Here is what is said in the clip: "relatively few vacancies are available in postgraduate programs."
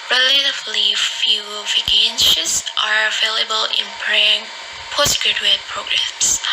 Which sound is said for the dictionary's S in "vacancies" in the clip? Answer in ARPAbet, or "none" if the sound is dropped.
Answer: SH